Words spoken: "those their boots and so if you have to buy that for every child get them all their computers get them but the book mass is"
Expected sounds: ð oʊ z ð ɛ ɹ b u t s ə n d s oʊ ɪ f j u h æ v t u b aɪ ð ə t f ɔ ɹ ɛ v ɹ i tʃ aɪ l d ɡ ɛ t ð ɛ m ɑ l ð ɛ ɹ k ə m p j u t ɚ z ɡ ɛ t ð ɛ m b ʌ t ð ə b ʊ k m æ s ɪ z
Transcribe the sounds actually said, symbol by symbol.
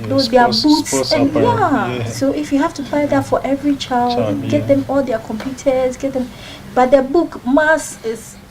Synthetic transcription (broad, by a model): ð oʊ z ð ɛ b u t s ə n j s oʊ ɪ f j u h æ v t u b aɪ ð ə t f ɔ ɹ ɛ v ɹ i tʃ aɪ l d ɡ ɛ t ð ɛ m ɑ l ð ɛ k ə m p j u t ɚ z ɡ ɛ t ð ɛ m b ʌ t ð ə b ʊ k m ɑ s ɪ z